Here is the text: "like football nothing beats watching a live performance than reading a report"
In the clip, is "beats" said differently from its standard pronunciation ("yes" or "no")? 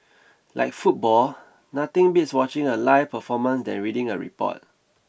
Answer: no